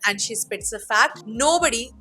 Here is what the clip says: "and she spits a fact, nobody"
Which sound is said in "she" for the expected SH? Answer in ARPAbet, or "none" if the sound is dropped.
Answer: SH